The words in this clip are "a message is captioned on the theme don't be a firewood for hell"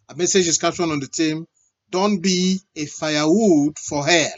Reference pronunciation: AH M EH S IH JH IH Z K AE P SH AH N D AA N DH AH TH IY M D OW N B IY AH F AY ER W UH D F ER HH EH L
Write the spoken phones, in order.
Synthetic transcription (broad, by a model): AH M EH S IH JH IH S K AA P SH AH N AA N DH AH T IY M D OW N B IY AH F AY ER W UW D F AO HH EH